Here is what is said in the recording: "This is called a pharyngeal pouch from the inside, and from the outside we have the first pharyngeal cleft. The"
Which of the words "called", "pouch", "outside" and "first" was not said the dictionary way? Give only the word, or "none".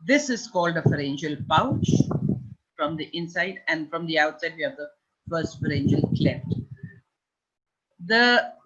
none